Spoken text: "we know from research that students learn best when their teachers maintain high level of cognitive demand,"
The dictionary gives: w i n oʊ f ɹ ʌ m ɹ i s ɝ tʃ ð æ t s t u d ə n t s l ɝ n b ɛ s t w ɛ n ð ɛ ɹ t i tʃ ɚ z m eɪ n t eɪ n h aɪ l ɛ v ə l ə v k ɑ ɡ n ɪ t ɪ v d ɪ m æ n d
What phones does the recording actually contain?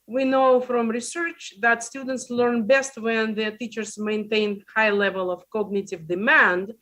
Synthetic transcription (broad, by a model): w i n oʊ f ɹ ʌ m ɹ i s ɝ tʃ ð æ t s t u d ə n t s l ɝ n b ɛ s t w ɛ n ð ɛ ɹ t i tʃ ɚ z m eɪ n t eɪ n h aɪ l ɛ v ə l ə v k ɑ ɡ n ɪ t ɪ v d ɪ m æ n d